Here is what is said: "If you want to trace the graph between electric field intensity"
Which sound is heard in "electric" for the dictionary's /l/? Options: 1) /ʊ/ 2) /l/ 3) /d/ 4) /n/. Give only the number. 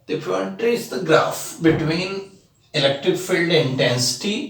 2